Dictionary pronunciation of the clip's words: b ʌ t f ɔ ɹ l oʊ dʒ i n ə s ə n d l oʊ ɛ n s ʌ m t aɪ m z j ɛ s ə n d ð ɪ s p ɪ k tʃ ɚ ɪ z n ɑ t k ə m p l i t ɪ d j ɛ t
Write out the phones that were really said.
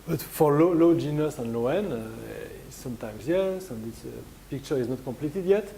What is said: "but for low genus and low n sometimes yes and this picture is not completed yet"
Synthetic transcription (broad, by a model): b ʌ t f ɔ l l oʊ dʒ i n ə s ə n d l oʊ ɛ n s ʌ m t aɪ m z j ɛ s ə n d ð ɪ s p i k tʃ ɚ ɪ z n ɑ t k ə m p l i t ɪ d j ɛ t